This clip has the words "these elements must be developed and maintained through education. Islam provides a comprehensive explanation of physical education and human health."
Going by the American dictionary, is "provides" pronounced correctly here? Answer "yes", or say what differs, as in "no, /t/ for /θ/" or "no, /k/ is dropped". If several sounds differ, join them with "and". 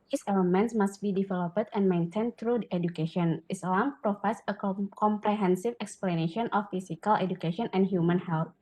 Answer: no, /f/ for /v/